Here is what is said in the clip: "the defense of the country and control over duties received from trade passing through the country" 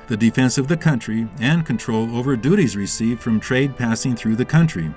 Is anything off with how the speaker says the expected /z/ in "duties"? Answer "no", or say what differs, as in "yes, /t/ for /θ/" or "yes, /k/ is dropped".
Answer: no